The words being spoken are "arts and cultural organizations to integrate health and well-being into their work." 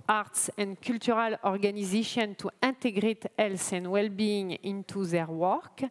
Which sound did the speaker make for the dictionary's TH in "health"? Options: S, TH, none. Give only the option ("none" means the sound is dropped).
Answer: S